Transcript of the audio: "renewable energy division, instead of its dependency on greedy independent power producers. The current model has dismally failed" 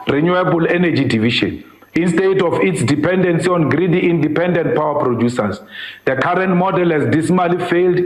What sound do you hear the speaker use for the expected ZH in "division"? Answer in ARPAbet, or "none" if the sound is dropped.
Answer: SH